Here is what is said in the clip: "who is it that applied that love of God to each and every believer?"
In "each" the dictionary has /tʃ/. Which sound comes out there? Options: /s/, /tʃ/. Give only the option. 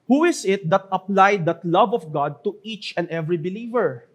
/tʃ/